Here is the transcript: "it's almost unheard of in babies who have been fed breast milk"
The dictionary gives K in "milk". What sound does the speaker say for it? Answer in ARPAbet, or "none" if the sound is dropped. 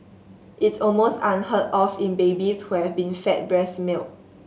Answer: none